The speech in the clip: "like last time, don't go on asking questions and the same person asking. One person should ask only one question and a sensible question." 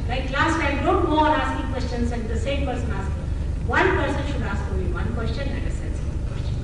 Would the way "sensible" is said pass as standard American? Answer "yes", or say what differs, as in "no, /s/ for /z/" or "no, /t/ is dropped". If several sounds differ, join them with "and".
no, /n/ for /l/